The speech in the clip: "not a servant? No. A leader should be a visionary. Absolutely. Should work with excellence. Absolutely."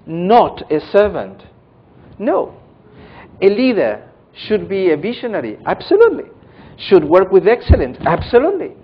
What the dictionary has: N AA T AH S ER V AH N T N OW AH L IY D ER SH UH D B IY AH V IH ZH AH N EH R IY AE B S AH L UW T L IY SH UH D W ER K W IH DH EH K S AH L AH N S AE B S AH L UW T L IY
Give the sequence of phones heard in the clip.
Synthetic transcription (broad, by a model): N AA T AH S ER V AH N T N OW AH L IY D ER SH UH D B IY AH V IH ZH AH N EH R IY AE B S AH L UW T L IY SH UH D W ER K W IH DH EH K S AH L AH N S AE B S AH L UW T L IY